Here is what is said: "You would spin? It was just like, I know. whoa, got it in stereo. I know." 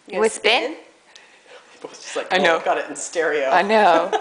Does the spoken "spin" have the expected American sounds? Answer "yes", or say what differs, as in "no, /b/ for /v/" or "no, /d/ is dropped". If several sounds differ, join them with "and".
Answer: no, /b/ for /p/